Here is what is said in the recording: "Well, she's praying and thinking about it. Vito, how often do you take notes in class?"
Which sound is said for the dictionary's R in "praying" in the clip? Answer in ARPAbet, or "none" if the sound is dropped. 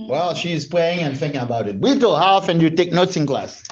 L